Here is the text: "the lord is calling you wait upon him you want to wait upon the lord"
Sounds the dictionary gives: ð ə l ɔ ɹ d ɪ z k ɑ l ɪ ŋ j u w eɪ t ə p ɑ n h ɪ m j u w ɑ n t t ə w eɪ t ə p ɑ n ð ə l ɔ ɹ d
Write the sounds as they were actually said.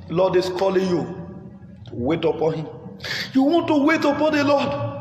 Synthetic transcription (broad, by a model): l ɔ d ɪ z k ɑ l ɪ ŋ j u w eɪ t ə p ɑ n h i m j u w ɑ n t t ə w eɪ t ə p ɑ n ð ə l ɔ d